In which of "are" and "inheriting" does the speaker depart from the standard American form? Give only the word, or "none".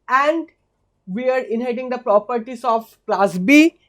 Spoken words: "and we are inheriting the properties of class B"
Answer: inheriting